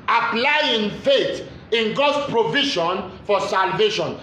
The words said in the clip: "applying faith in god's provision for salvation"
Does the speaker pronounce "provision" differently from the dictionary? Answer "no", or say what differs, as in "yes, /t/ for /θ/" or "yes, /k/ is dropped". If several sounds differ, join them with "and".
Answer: yes, /ʃ/ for /ʒ/